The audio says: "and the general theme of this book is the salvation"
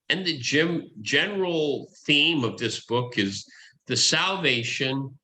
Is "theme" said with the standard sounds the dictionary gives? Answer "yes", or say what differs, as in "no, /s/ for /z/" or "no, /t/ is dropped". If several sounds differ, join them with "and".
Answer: yes